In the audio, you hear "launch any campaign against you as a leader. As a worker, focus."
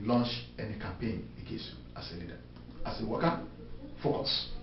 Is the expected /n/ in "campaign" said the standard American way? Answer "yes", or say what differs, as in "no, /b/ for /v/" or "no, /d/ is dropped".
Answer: yes